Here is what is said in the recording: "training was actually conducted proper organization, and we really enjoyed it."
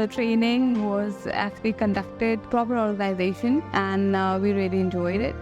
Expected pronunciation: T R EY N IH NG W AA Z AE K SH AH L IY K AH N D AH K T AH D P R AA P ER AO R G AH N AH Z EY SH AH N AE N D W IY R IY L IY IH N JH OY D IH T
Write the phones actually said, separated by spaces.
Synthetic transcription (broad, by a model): T R EY N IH NG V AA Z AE K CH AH L IY K AH N D AH K T AH D P R AA P ER AO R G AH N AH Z EY SH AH N AE N D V IY R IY L IY IH N JH OY D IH T